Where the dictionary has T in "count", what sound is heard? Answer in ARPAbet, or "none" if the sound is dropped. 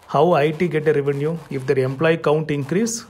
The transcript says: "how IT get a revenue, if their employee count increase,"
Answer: T